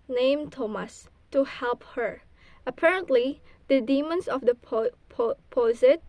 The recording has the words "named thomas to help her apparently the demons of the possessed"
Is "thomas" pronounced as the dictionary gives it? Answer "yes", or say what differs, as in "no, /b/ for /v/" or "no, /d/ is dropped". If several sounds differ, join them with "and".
yes